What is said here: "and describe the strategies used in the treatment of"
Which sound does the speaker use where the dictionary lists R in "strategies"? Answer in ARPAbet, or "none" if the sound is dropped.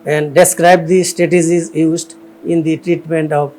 none